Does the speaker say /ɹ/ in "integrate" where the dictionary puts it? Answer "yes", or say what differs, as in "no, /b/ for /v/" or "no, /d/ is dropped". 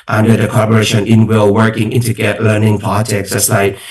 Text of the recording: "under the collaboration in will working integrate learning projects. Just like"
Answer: no, /ɹ/ is dropped